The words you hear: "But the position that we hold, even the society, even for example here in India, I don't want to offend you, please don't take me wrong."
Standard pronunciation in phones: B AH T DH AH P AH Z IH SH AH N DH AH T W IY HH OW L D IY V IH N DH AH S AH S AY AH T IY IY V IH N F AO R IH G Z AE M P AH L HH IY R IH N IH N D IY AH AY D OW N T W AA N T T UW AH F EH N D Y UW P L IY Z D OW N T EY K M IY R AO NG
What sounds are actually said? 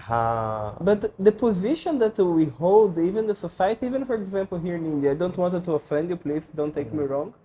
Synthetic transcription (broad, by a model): B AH T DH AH P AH Z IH SH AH N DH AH T W IY HH OW L D IY V IH N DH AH S AH S AY AH T IY IY V IH N F AO R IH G Z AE M P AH L HH IY R IH N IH N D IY AY D OW N T W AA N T T UW AH F EH N D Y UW P L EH S D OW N T EY K M IY R AO NG